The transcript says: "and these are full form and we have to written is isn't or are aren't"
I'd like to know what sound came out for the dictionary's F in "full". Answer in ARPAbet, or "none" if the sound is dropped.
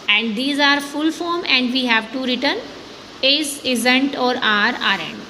F